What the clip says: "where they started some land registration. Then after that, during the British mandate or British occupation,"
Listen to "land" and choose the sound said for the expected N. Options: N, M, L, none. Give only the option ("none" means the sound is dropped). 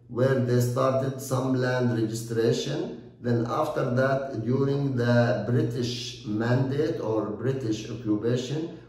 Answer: N